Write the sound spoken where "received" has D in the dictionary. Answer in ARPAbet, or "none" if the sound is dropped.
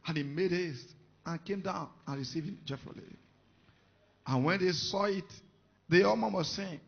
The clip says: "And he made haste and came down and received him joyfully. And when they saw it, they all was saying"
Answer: none